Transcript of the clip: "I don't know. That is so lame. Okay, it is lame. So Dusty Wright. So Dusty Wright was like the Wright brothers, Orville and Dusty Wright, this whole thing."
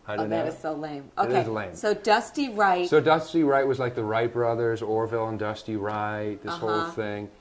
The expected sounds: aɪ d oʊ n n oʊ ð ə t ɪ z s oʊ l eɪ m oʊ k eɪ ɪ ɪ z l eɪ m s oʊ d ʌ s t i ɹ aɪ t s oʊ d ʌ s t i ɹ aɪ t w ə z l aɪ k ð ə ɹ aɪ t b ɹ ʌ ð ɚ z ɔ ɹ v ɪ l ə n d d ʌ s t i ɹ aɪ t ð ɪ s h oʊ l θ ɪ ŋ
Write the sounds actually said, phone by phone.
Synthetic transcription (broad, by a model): aɪ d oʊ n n ð ə t ɪ z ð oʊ l eɪ m oʊ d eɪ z l eɪ m s oʊ d ʌ s t i ɹ aɪ t s oʊ d ʌ s t i ɹ aɪ t w ə z l aɪ k ð ə ɹ aɪ t b ɹ ʌ ð ɚ z ɔ ɹ v ɪ l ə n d d ʌ s t i ɹ aɪ t ð ɪ s h oʊ l θ ɪ ŋ